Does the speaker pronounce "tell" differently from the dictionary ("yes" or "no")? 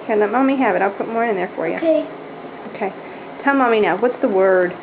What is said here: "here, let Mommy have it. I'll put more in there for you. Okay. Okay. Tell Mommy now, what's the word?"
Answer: no